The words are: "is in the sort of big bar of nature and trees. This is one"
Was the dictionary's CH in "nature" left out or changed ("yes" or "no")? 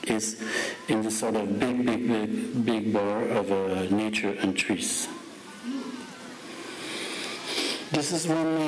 no